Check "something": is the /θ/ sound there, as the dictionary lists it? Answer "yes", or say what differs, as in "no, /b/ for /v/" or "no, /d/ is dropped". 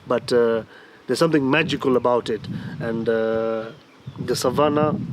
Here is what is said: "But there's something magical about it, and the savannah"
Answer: no, /t/ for /θ/